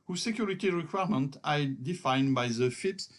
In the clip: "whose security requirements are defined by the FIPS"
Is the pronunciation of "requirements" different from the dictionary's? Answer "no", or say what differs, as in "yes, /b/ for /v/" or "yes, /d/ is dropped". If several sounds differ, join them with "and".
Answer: yes, /s/ is dropped